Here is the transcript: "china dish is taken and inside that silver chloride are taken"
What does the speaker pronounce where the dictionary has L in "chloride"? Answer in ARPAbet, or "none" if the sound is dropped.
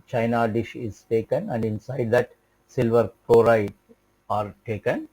none